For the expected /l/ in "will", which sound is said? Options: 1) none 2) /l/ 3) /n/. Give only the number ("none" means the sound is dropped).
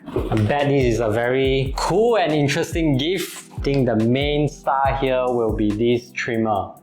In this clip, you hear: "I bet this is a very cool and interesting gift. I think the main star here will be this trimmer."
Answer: 2